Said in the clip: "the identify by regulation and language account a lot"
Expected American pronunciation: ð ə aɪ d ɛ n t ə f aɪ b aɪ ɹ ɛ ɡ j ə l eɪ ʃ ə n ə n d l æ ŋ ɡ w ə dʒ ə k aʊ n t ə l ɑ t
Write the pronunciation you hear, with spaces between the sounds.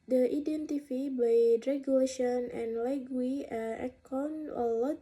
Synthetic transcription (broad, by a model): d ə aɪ d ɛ n t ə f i b aɪ ɹ ɛ ɡ j ə l eɪ ʃ ə n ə n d l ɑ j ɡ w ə ə k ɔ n ə l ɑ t